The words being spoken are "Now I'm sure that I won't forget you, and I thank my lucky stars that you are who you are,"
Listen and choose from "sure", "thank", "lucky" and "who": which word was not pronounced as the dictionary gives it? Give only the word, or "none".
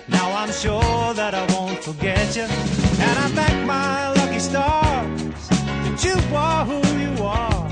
thank